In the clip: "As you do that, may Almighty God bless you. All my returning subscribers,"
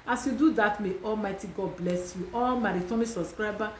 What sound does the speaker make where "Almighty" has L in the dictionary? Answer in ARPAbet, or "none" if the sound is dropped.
L